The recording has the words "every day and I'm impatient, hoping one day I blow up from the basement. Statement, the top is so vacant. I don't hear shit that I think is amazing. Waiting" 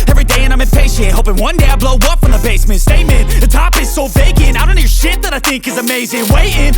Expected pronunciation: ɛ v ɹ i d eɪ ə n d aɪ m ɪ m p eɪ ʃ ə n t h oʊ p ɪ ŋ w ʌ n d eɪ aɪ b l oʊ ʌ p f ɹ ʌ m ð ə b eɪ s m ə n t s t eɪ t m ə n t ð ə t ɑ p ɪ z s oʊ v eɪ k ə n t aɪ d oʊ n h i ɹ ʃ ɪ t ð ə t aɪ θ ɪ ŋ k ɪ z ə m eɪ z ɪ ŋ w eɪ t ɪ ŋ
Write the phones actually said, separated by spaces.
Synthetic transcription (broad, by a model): ɛ v ɹ i d eɪ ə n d aɪ m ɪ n p eɪ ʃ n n h oʊ p ɪ ŋ w ʌ n d eɪ aɪ b l oʊ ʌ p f ɹ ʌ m ð ə b eɪ s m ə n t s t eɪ m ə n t ð ə t ɑ p ɪ z s oʊ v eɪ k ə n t aɪ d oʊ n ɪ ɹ ʃ ɪ t ð ə t aɪ θ ɪ ŋ k ɪ z ə m eɪ z ɪ ŋ w eɪ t ɪ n